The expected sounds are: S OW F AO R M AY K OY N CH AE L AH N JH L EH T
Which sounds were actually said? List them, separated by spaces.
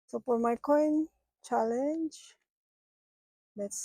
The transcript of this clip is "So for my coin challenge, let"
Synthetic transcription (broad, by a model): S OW P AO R M AY K OY N CH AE L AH N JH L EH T